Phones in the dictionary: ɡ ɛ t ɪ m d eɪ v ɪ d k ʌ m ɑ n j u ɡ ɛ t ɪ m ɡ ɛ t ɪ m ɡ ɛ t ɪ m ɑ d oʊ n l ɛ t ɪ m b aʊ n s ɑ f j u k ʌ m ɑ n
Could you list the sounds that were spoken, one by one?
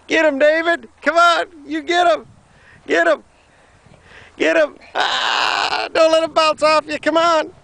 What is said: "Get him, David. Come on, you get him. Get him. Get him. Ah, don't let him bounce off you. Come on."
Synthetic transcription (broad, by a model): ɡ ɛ t ɪ m d eɪ v ɪ d k ʌ m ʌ n j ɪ ɡ ɛ t ɪ m ɡ ɛ t ɪ m ɡ ɛ t ɪ m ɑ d oʊ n l ɛ t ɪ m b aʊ l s ɑ f j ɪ k ʌ m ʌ n